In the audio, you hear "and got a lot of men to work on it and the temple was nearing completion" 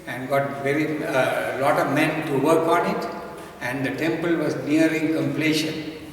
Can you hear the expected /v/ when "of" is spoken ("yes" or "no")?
yes